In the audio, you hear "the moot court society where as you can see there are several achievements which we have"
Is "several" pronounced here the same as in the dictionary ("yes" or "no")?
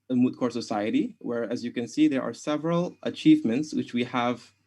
yes